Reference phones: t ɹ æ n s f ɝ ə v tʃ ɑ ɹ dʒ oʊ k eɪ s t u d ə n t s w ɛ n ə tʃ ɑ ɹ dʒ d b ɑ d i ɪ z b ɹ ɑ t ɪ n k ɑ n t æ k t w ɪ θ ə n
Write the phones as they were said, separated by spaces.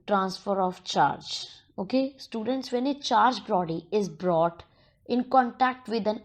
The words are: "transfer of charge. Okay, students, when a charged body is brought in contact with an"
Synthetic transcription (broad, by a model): t ɹ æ n s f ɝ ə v tʃ ɑ ɹ dʒ oʊ k eɪ s t u d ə n t s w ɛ n ə tʃ ɑ ɹ dʒ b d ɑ d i ɪ z b ɹ ɑ t ɪ n k ɑ n t æ k t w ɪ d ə n